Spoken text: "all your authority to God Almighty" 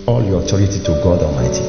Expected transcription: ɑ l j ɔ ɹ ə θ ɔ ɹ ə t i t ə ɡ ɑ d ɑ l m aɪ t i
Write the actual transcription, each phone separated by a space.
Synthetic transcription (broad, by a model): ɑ l j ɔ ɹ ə t ɔ ɹ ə t i t ə ɡ ɑ d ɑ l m aɪ t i